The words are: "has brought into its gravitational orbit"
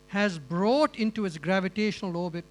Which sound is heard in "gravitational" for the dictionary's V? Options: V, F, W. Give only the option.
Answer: V